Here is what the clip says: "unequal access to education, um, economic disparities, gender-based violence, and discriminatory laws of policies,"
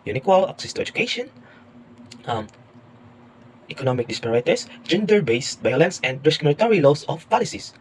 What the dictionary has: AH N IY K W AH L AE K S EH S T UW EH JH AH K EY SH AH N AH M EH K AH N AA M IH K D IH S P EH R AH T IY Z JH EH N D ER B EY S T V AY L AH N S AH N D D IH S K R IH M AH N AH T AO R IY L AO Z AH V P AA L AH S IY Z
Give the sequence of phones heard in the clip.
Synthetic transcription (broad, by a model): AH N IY K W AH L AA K S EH S T UW EH JH AH K EY SH AH N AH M EH K AH N AA M IH K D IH S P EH R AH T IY S JH EH N D ER B EY S T B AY L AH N S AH N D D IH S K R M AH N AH T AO R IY L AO S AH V P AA L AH S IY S